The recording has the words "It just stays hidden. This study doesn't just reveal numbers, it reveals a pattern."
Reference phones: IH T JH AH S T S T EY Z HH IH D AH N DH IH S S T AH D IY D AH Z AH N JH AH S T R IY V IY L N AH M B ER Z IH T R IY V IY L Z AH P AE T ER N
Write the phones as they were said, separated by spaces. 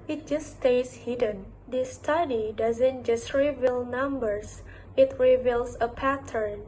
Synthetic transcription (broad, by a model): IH T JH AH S S T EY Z HH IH D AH N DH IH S S T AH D IY D AH Z AH N JH AH S T R IY V IY L N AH M B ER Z IH T R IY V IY L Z AH P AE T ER N